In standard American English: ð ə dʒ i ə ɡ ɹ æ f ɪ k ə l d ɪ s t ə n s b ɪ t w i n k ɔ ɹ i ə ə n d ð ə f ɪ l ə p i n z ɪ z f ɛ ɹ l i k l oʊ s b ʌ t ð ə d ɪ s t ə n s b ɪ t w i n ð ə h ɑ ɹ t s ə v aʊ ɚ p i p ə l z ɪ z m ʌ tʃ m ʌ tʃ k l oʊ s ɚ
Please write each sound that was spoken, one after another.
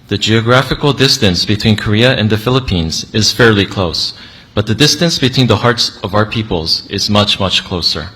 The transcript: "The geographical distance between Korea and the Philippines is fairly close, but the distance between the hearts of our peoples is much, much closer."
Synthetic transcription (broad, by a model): ð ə dʒ i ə ɡ ɹ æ f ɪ k l d ɪ s t ə n s b ɪ t w i n k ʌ ɹ i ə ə n ð ə f ɪ l ə p i n z ɪ z f ɛ ɹ l i k l oʊ s b ʌ t ð ə d ɪ s t ə n s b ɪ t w i n ð ə h ɑ ɹ t s ə v aʊ ɚ p i p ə l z ɪ z m ʌ tʃ m ʌ tʃ k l oʊ s ɚ